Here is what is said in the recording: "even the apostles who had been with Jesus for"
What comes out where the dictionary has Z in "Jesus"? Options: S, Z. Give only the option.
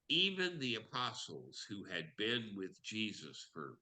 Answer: Z